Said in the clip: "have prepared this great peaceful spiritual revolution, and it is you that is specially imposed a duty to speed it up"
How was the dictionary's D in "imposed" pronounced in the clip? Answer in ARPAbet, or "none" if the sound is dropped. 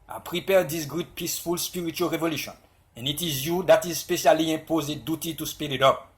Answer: none